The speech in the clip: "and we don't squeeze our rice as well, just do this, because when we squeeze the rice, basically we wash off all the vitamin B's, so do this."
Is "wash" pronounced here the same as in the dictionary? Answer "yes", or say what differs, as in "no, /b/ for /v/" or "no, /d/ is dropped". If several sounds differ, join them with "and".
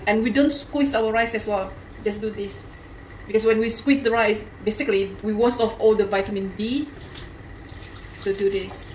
no, /s/ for /ʃ/